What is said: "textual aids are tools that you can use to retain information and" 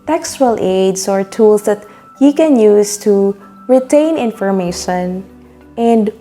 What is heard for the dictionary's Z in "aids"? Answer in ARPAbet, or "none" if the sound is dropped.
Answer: S